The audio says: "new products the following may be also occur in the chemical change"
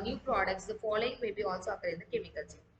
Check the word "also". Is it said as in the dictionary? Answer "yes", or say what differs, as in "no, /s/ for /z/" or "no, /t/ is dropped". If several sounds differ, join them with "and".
yes